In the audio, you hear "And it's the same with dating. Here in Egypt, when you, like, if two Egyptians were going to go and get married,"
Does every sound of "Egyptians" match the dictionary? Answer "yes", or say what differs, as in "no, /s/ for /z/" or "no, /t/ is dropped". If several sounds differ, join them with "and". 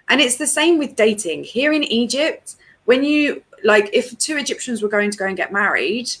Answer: yes